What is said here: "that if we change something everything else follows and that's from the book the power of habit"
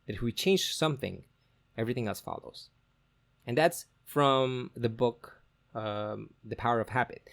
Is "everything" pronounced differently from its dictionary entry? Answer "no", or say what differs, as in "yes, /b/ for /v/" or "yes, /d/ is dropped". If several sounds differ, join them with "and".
no